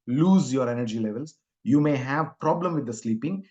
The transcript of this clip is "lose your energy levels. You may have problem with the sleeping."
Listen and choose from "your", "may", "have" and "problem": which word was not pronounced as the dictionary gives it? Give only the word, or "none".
none